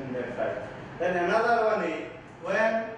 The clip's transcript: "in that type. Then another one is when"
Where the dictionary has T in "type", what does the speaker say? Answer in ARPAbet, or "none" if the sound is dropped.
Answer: S